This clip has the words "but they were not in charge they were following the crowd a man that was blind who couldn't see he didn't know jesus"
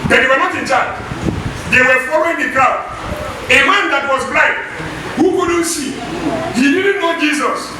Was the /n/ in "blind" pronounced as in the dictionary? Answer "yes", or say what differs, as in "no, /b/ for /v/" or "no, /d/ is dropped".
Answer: no, /n/ is dropped